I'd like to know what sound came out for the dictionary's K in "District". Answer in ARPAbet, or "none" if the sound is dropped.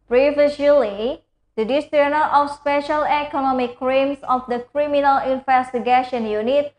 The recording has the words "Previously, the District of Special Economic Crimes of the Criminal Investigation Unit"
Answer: none